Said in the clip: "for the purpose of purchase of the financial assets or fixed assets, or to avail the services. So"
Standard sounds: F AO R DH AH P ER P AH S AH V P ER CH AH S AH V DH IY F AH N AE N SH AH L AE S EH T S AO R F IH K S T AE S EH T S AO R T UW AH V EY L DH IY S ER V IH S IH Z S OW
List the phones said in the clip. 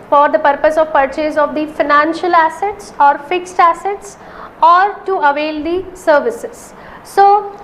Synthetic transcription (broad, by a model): F AO R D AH P ER P AH S AH V P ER CH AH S AH V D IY F AH N AE N SH AH L AE S EH T S AO R F IH K S T AE S EH T S AO R T UW AH V EY L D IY S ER V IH S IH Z S OW